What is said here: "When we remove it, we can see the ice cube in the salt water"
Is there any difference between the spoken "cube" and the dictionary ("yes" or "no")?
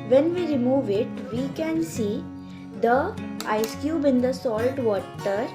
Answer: no